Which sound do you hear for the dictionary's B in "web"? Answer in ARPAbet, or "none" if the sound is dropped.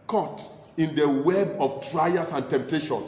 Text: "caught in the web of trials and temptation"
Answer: B